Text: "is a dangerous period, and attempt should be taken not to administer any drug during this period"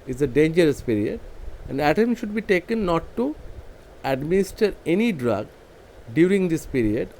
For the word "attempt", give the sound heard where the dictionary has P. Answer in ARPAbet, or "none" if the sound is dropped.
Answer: none